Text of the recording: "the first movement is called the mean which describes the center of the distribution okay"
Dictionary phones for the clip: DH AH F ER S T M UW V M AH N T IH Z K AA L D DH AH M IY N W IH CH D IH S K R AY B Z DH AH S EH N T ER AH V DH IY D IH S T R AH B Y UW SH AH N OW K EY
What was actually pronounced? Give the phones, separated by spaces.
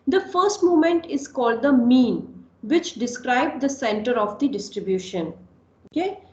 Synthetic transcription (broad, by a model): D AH F ER S T M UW M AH N T IH Z K AA L D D AH M IY N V IH CH D IH S K R AY B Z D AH S EH N T ER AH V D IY D IH S T R AH B Y UW SH AH N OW K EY